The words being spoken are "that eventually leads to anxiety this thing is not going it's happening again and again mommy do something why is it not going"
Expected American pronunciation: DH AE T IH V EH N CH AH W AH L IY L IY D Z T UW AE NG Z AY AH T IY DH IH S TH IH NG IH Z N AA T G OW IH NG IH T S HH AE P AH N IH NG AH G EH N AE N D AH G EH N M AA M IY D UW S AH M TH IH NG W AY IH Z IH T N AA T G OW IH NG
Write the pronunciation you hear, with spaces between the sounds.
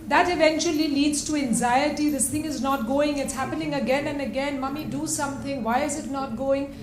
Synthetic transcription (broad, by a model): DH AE T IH V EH N CH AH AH L IY L IY D Z T UW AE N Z AY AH T IY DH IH S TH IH NG IH Z N AA T G OW IH NG IH T S HH AE P AH N IH NG AH G EH N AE N D AH G EH N M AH M IY D UW S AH M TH IH NG W AY IH Z IH T N AA T G OW IH NG